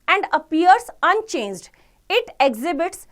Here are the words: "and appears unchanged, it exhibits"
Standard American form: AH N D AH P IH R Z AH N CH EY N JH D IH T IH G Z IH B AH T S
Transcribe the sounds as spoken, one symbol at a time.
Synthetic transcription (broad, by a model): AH N D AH P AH R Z AH N CH EY N JH D IH T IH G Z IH B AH T S